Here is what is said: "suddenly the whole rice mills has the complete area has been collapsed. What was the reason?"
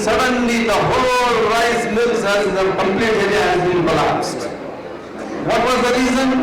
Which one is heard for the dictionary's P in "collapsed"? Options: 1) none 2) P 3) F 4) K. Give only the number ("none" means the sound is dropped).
1